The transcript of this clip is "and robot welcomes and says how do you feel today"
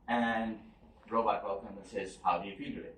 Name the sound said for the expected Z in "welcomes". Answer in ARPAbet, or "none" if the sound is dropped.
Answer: none